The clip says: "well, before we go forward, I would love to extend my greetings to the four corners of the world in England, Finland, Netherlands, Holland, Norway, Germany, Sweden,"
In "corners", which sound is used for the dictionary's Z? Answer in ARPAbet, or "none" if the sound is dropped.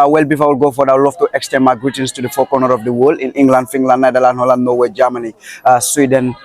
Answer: none